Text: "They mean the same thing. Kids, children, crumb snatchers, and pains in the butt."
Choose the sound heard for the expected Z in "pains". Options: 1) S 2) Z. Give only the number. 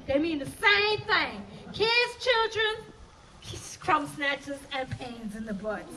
2